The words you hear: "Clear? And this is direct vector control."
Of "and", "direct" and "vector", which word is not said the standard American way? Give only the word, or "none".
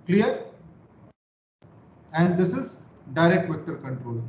none